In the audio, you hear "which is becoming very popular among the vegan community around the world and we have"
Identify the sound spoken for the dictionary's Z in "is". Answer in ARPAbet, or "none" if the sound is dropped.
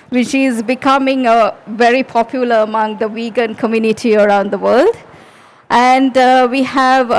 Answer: Z